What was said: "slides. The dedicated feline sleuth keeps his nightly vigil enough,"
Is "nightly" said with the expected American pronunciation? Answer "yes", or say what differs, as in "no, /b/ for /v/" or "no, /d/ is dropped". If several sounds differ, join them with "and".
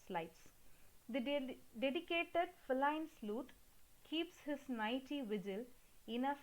no, /l/ is dropped